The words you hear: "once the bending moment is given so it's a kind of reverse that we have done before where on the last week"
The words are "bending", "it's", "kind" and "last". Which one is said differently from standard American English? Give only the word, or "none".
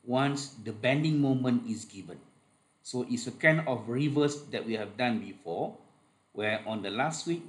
kind